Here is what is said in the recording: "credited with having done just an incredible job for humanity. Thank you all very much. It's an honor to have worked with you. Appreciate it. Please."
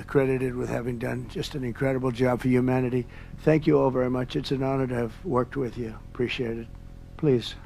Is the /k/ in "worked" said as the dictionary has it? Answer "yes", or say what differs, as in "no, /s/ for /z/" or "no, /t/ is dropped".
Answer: yes